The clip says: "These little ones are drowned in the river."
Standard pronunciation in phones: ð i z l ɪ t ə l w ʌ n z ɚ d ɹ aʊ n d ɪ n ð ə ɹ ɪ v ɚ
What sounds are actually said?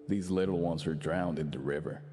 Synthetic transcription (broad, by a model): ð i z l ɪ t l w ʌ n z ɚ d ɹ aʊ n d ɪ n ð ə ɹ ɪ v ɚ